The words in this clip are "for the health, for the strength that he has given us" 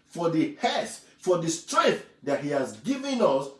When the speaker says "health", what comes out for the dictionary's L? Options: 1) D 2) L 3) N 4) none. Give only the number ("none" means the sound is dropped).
4